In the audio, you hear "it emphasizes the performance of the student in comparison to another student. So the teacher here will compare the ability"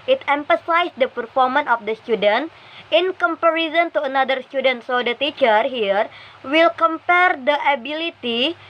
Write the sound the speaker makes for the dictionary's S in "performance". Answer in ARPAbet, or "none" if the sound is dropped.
none